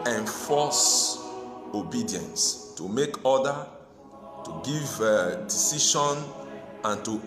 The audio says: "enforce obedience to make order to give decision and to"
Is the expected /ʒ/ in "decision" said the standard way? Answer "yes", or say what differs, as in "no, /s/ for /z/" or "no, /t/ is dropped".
no, /ʃ/ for /ʒ/